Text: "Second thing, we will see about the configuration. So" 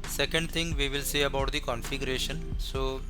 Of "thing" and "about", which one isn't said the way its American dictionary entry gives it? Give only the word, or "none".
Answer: thing